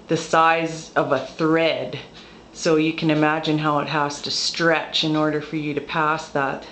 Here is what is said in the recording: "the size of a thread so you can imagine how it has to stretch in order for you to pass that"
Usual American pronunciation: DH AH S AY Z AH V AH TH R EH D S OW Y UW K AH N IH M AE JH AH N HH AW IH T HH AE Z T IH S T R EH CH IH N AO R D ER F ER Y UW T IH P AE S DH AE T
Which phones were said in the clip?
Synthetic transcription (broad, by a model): DH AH S AY Z AH V AH TH R EH D S OW Y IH K AH N IH M AE JH AH N HH AW IH T HH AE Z T IH S T R EH CH IH N AO R D ER F ER Y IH T IH P AE S DH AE T